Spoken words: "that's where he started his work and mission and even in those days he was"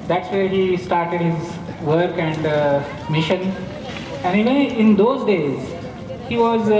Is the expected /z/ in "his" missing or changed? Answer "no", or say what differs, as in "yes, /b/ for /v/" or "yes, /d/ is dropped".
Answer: no